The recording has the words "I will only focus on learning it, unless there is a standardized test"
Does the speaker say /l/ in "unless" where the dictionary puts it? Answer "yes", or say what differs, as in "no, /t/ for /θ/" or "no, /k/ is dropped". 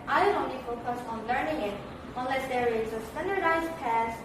yes